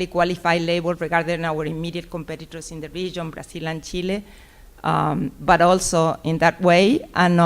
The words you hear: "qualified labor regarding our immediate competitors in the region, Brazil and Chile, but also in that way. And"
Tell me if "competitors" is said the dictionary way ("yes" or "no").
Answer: no